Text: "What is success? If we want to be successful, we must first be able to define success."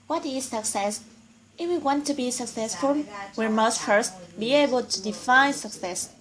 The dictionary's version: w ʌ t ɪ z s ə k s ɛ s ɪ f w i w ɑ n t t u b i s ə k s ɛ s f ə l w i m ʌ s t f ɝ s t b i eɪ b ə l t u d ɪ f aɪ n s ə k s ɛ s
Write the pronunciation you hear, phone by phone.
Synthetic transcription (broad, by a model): w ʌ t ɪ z s ə k s ɛ s ɪ f w i w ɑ n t t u b i s ə k s ɛ s f ə l w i m ʌ s t f ɝ s t b i eɪ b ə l t u d ɪ f aɪ n s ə k s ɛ s